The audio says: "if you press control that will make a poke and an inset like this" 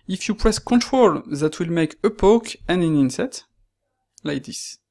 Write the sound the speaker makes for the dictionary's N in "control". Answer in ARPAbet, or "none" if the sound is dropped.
N